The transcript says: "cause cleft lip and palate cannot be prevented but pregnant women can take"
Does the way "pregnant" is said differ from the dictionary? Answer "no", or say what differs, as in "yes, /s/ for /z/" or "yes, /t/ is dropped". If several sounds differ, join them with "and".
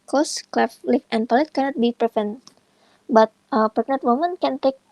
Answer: yes, /ɹ/ is dropped and /n/ is dropped